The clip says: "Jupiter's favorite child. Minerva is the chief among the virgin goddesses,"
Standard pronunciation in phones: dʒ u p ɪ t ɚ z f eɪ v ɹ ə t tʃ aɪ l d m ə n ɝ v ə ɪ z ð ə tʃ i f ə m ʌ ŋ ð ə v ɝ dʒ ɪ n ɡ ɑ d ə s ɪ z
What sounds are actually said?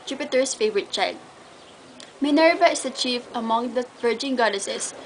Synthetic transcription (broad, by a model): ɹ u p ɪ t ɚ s f eɪ v ɹ ə t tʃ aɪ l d m ə n ɝ v ə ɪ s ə tʃ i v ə m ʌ ŋ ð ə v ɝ dʒ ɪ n ɡ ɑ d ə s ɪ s